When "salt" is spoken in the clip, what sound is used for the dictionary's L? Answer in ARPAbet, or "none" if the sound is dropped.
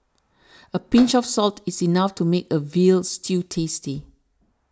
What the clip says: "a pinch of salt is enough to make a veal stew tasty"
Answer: L